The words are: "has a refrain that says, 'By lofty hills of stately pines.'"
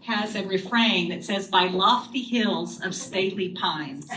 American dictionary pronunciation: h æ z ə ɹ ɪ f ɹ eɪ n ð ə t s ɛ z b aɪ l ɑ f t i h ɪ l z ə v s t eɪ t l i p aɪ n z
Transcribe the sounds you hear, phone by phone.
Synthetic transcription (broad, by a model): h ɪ z ə ɹ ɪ f ɹ eɪ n ð ə t s ɛ z b aɪ l ɑ f t i h ɪ l z ə v s t eɪ t l i p aɪ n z